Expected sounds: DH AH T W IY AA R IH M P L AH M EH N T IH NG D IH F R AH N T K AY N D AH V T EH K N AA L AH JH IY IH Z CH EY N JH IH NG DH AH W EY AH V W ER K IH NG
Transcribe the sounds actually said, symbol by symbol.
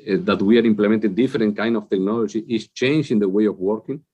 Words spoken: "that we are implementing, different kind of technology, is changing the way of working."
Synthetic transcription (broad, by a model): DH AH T W IY AA R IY M P L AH M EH N T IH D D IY F R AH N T K AY N D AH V T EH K N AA L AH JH IY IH S CH EY N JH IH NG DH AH W EY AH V W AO K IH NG